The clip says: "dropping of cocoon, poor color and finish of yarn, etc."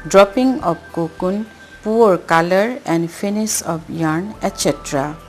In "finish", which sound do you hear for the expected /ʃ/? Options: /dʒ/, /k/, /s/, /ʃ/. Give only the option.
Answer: /s/